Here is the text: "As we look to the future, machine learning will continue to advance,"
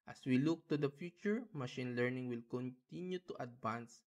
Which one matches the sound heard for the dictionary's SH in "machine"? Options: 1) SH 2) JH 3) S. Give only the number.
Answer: 1